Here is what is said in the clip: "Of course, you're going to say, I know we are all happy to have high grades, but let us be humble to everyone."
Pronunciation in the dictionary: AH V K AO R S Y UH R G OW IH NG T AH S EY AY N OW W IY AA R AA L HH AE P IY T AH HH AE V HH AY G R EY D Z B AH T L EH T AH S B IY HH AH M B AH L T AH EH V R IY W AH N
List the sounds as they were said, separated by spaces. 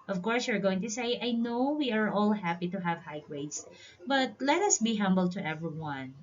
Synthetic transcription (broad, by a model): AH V K AO R S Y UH R G OW IH NG T AH S EY AY N OW W IY AA R AA L HH AE P IY T AH HH AE V HH AY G W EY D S B AH T L EH T AH S B IY HH AH M B AH L T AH EH V R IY W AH N